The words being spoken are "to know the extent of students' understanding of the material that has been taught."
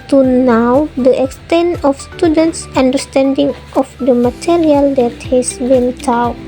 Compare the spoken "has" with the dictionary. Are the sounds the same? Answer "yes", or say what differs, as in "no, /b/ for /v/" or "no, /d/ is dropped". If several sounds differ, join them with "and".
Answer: no, /s/ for /z/